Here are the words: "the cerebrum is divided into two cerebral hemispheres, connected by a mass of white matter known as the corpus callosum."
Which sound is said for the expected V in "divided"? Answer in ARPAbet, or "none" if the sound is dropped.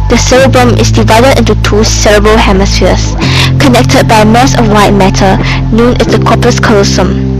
V